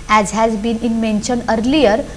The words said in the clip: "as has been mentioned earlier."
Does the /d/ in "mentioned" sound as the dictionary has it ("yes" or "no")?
no